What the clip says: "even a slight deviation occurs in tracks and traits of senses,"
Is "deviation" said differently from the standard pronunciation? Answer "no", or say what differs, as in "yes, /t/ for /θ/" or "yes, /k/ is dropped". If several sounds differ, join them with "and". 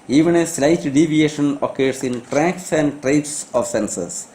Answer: no